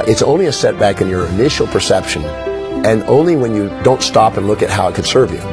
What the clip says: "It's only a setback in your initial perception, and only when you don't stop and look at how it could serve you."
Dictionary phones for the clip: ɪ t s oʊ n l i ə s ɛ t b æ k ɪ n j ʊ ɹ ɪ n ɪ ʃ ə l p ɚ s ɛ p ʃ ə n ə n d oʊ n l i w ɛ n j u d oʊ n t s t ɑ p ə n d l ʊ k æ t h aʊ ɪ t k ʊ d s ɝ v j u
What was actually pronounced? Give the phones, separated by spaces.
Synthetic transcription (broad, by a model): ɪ t s oʊ n l i ə s ɛ t b æ k ɪ n j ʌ ɹ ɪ n ɪ ʃ l p ɚ s ɛ p ʃ ə n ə n oʊ n l i w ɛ n j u d oʊ n t s t ɑ p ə n l ʊ k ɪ t h aʊ ɪ t k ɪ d s ɝ v j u